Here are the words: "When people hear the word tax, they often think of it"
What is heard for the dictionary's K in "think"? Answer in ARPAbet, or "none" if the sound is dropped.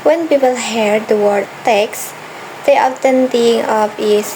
none